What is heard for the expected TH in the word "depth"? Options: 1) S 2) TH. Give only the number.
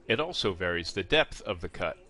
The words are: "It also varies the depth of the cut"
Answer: 2